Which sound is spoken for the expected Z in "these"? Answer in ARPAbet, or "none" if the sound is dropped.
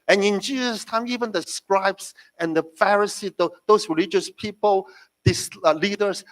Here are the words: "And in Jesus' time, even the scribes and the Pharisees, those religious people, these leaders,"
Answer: S